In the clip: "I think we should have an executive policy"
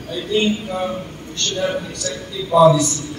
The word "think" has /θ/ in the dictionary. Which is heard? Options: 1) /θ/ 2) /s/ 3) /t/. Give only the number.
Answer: 3